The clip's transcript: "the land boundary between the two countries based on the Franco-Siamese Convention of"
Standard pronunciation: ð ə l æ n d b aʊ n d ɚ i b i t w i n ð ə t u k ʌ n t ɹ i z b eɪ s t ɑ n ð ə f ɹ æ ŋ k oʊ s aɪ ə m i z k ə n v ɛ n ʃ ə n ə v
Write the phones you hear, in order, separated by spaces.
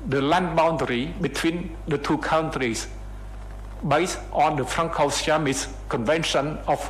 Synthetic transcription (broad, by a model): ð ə l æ n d b aʊ n d ɚ i b i t w i n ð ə t u k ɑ n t ɹ i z b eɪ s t ɑ n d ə f ɹ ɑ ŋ k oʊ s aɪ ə m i s k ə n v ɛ n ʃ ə n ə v